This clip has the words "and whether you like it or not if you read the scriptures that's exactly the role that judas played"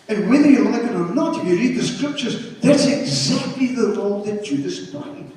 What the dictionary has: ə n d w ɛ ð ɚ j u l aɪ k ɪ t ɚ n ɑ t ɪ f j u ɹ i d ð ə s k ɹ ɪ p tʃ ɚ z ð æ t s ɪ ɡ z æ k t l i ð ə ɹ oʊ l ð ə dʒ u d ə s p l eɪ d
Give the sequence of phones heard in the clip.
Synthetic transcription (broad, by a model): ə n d w ɛ ð ɚ j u l aɪ k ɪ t ɚ n ɑ t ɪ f j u ɹ i d ð ə s k ɹ ɪ p tʃ ɚ z ð æ t s ɪ ɡ z æ k t l i ð ə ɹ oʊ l ð ə tʃ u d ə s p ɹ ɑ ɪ